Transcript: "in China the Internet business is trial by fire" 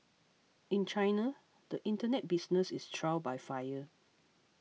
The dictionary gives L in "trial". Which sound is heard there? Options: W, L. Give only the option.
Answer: W